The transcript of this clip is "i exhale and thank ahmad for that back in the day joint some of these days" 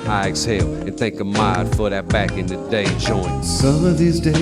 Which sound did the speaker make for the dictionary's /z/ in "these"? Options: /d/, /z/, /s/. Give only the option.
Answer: /z/